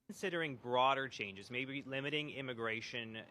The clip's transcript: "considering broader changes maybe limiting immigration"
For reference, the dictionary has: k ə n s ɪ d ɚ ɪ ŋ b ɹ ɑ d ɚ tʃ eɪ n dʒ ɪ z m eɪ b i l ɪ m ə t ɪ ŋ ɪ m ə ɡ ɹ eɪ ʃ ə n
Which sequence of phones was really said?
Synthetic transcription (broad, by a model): n s ɪ d ɚ ɪ ŋ b ɹ ɑ d ɚ tʃ eɪ n dʒ ɪ z m eɪ b i l ɪ m ə t ɪ ŋ ɪ m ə ɡ ɹ eɪ ʃ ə n